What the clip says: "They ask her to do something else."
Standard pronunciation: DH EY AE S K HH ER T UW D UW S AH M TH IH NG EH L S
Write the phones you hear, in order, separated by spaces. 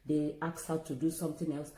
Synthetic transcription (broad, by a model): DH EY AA K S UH T UW D UW S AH M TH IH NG EH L S